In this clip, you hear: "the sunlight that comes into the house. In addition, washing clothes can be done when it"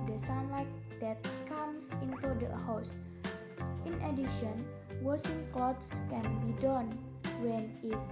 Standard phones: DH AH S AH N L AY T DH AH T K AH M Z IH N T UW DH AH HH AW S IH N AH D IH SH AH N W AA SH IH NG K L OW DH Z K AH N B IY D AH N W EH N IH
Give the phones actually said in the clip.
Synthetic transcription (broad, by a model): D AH S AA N L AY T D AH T K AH M S IH N T UW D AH HH AW S IH N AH D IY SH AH N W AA S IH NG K L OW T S K AH N B IY D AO N W EH N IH